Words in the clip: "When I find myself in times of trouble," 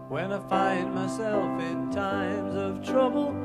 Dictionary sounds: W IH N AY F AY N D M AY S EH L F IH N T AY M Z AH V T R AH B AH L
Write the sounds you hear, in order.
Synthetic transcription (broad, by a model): W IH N AY F AY N D M AY S EH L F IH N T AY M Z AH V T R AH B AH L